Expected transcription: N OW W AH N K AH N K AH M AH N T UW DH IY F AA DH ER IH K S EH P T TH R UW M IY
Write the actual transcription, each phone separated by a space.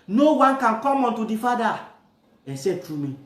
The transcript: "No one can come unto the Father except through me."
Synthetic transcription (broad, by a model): N OW W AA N K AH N K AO M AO N T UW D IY F AA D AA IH S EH T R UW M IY